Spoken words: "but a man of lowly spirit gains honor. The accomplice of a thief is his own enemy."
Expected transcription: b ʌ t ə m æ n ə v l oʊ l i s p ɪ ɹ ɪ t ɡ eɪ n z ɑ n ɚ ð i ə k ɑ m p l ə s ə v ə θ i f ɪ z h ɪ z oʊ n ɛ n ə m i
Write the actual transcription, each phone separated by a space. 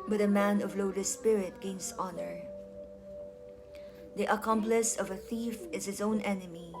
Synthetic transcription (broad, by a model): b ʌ t ə m æ n ə v l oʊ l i s p ɪ ɹ ɪ t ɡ eɪ n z ɑ n ɚ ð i ə k ɑ m p l ə s ə v ə θ i f ɪ z h ɪ z oʊ n ɛ n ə m i